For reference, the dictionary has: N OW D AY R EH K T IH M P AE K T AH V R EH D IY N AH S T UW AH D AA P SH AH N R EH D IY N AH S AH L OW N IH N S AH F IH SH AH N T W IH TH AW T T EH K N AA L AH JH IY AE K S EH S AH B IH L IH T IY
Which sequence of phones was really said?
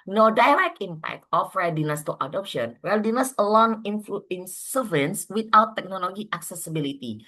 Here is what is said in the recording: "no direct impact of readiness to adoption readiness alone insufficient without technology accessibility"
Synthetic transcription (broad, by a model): N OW D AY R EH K IH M P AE K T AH F R EH D IY N AH S T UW AH D AA P SH AH N R EH D IY N AH S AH L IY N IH N S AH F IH AH N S W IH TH AW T T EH K N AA L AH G IY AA K S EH S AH B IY L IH T IY